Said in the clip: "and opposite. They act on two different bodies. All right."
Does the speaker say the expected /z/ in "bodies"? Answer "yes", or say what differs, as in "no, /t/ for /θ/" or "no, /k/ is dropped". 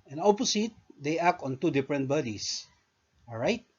no, /s/ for /z/